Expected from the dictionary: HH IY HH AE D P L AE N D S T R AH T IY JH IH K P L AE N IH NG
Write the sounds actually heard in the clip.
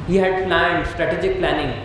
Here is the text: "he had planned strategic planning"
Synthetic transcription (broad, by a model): HH IY HH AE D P L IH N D S T R AH T IY JH IH K P L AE N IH NG